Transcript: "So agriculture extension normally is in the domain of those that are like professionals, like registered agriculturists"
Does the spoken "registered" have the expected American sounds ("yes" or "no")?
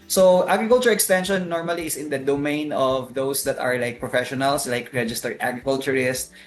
no